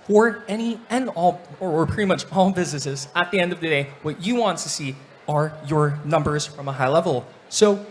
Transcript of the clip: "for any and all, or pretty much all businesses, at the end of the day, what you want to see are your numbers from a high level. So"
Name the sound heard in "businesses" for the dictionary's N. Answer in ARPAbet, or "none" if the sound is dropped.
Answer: none